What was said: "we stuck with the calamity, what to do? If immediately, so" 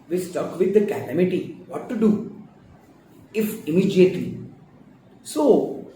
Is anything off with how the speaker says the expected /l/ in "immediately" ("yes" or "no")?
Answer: no